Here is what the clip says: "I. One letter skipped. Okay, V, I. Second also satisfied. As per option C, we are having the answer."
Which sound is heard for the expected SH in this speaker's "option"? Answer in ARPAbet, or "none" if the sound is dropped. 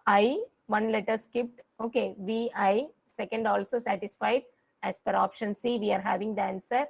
SH